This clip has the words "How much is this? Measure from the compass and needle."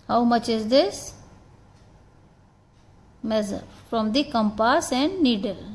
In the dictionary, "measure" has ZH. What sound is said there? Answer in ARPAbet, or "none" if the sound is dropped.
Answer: Z